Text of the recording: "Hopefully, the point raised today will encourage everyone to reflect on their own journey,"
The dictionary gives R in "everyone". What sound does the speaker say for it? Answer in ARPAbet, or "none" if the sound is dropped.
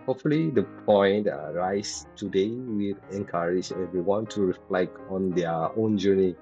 W